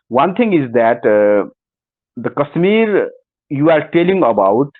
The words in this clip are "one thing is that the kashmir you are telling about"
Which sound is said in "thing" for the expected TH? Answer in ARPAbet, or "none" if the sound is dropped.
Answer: T